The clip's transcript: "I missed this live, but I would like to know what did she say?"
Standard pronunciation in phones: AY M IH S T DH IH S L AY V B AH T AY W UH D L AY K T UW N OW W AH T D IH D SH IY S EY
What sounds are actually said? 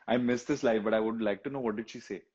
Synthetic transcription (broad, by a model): AY M IH S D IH S L AY F B AH T AY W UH D L AY K T UW N OW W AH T D IH D SH IY S EY